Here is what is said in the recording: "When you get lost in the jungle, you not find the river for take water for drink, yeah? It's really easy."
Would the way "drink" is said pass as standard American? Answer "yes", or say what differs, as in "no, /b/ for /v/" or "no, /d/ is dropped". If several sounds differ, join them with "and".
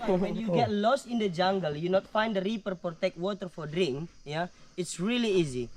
yes